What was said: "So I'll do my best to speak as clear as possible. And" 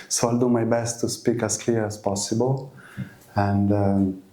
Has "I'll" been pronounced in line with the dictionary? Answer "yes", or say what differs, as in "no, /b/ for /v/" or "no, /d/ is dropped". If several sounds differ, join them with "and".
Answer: yes